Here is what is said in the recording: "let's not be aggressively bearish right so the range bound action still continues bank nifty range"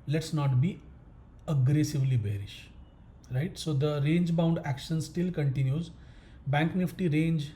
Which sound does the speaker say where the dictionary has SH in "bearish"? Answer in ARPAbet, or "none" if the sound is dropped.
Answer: SH